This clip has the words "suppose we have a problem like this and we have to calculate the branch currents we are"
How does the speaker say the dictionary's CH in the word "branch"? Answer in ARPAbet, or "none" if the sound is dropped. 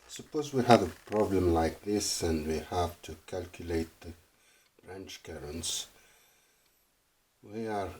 CH